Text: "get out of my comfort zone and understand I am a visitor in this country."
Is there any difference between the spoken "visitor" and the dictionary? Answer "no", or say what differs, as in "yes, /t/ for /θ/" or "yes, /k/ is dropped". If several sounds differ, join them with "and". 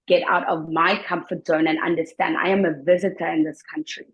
no